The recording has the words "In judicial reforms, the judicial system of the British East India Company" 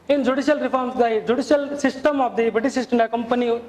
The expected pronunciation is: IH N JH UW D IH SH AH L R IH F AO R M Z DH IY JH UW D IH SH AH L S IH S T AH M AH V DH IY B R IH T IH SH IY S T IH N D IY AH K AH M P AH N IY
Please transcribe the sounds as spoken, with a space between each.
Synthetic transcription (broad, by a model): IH N JH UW D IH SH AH L R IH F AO R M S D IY JH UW D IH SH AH L S IH S T AH M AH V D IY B IH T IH S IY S T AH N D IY K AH M P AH N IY